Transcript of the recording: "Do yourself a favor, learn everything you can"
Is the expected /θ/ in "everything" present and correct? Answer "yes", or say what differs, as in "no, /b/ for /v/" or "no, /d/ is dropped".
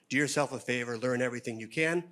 yes